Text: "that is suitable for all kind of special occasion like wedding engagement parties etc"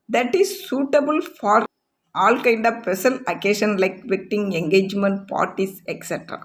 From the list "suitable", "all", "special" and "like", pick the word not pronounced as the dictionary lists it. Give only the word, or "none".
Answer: special